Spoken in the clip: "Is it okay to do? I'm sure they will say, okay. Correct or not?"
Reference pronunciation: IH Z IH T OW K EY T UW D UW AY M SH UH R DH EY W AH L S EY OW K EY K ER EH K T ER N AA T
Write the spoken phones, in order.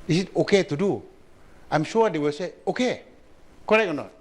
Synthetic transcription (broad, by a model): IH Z IH T OW K EY T UW D UW AY M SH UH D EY W AH L S EY OW K EY K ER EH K ER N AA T